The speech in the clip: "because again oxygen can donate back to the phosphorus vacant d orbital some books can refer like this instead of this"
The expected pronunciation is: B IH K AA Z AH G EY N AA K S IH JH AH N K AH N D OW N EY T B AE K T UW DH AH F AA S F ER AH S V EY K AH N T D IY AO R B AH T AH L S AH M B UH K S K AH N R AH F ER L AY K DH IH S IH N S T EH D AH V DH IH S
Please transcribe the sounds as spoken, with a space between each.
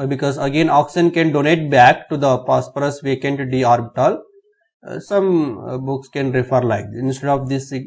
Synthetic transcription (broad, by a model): B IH K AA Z AH G EY N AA K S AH N K AH N D OW N EY T B AE K T UW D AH P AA S P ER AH S V EY K AH N T D IY AO R B AH T AH L S AH M B UH K S K AH N R AH F ER L AY K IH IH N S T EH D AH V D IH S